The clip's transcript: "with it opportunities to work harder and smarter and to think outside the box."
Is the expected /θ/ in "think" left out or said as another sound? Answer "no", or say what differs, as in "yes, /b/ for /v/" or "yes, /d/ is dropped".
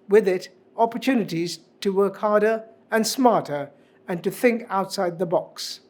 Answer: no